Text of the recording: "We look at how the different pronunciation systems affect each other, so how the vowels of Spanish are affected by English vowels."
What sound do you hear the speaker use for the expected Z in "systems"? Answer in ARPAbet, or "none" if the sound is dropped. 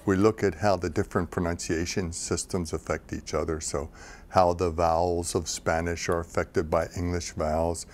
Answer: Z